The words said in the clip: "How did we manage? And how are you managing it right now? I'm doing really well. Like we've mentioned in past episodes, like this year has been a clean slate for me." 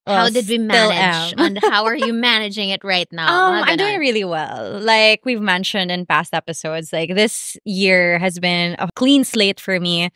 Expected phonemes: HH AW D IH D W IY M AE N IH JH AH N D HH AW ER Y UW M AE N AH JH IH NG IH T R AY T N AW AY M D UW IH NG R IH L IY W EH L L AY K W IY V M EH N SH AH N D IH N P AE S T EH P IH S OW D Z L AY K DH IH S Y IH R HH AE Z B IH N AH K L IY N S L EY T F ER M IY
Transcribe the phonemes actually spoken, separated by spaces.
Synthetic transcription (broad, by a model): HH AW D IH D W IY M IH L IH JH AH N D HH AW ER Y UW M AE N AH JH IH NG IH T R AY T N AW AY M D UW IH NG R IH L IY W EH L L AY K W IY V M EH N SH AH N D IH N P AE S T EH P IH S OW D Z L AY K DH IH S Y IH R HH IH Z B IH N AH K L IY N S L EY T F ER M IY